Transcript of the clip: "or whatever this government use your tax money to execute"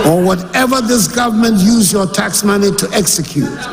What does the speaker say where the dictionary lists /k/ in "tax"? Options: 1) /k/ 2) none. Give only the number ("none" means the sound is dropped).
1